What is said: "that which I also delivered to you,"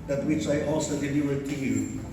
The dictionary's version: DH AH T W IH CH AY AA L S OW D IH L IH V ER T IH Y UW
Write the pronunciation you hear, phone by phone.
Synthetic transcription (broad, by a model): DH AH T W IH CH AY AA L S OW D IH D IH ER T IH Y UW